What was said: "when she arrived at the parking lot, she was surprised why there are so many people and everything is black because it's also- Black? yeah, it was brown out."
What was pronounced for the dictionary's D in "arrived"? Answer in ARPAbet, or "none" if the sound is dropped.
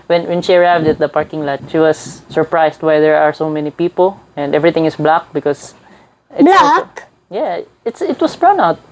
D